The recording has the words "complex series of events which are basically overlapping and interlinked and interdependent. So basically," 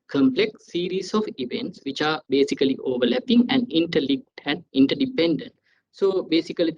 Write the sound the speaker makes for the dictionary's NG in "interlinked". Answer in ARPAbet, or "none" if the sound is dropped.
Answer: none